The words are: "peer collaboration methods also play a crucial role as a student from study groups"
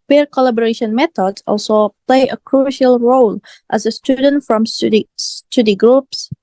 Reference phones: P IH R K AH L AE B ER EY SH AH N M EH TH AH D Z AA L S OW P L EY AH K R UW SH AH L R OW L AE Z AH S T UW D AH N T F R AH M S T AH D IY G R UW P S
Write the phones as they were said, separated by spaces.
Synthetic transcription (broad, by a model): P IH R K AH L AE B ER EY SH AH N M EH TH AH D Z AA L S OW P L EY AH K R UW SH AH L R OW L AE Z AH S T UW D AH N T F R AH M S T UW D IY G R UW P S